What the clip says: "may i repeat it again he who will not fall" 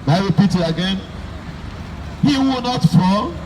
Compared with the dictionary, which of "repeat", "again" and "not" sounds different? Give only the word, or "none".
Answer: none